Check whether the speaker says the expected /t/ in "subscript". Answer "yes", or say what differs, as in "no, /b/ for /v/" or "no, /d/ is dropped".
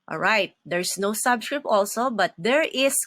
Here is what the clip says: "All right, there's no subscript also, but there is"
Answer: yes